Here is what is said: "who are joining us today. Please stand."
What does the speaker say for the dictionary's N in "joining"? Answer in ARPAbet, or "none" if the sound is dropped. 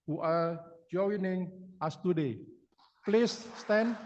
N